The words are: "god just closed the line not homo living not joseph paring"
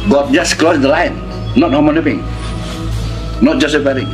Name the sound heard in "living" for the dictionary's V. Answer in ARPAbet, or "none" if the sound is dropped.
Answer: P